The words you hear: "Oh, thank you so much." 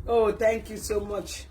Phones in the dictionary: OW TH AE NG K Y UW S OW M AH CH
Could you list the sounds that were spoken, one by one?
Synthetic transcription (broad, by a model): OW T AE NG K Y UW S OW M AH CH